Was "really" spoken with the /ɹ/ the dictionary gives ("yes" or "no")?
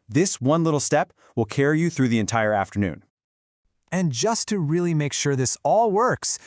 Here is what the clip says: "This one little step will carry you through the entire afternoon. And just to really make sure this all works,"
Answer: yes